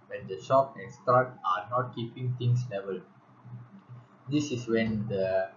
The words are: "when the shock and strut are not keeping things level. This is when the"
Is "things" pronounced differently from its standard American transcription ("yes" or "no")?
yes